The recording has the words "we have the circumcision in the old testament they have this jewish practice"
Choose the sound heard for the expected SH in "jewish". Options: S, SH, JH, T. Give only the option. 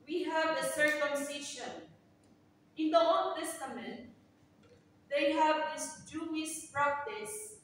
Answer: S